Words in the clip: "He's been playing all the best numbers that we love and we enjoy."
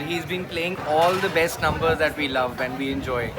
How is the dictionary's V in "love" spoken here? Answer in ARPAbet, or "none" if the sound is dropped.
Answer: V